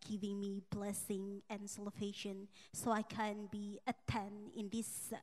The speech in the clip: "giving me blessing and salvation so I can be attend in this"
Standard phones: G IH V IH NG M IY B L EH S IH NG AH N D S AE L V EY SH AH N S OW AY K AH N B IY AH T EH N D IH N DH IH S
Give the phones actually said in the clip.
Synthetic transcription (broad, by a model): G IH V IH NG M IY B L EH S IH NG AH N S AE L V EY SH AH N S OW AY K AH N B IY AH T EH N IH N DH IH S